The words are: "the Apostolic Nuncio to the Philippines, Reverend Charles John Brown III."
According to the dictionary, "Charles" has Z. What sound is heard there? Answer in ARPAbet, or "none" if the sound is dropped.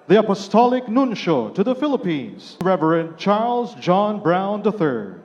Z